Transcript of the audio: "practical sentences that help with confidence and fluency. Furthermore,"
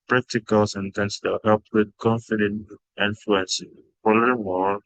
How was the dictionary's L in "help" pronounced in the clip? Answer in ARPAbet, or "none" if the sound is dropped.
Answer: L